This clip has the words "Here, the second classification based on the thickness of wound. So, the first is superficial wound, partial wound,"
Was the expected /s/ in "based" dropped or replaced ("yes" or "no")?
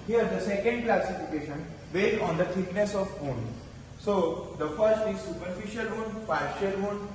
yes